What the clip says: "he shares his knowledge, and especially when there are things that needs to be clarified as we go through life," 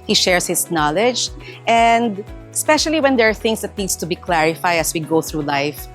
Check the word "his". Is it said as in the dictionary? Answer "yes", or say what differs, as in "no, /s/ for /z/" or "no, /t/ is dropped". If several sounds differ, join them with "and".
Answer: no, /s/ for /z/